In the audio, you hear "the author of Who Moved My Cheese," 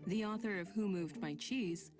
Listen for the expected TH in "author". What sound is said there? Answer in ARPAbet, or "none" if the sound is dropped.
TH